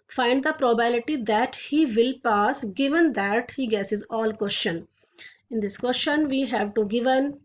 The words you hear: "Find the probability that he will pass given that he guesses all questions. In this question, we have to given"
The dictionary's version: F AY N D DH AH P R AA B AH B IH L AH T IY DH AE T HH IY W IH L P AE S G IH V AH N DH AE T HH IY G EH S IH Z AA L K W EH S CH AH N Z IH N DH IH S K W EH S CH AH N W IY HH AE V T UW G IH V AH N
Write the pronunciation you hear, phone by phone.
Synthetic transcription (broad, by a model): F AY N D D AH P R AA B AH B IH L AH T IY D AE T HH IY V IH L P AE S G IH V AH N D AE T HH IY G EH S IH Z AA L K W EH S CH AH N IH N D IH S K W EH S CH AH N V IY HH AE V T UW G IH V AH N